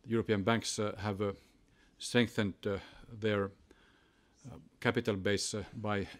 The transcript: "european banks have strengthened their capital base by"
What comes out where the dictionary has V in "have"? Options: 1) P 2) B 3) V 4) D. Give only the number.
3